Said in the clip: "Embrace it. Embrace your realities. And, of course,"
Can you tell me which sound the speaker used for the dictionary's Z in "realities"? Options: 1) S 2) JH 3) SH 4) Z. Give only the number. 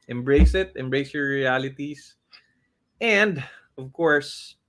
1